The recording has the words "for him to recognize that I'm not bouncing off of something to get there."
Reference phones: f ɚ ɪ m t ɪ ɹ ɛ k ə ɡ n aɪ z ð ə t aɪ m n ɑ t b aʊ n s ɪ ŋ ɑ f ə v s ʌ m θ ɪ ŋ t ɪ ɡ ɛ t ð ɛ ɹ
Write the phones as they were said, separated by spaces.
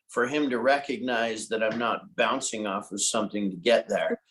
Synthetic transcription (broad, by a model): f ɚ ɪ m t ɪ ɹ ɛ k ə ɡ n aɪ z ð ə t aɪ m n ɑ t b aʊ n s ɪ ŋ ɑ f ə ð s ʌ m θ ɪ ŋ t ɪ ɡ ɛ t ð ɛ ɹ